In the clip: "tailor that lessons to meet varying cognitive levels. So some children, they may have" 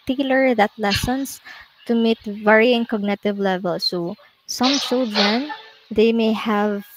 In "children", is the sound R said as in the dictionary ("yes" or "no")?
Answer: no